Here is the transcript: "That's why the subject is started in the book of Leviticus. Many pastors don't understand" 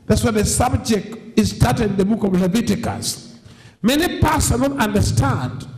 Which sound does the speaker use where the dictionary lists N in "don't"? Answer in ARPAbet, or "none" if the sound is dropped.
L